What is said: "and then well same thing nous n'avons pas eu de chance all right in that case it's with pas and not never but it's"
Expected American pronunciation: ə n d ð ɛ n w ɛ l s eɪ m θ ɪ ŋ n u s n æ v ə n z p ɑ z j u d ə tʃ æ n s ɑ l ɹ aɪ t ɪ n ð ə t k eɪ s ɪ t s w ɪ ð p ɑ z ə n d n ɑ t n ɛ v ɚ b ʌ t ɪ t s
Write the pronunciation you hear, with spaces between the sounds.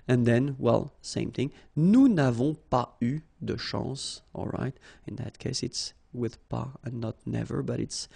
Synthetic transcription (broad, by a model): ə n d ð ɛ n w ɛ l s eɪ m θ ɪ ŋ n u n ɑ v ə p ɑ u d ə ʃ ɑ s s ɑ l ɹ aɪ t ɪ n ð ə t k eɪ s ɪ t s w ɪ ð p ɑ ə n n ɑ t n ɛ v ɚ b ʌ t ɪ t s